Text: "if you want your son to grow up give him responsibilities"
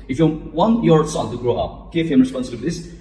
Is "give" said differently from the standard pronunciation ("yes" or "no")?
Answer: yes